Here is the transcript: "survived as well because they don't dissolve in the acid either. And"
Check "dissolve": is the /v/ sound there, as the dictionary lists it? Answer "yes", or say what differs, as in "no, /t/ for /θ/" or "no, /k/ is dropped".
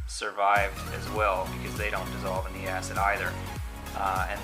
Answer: yes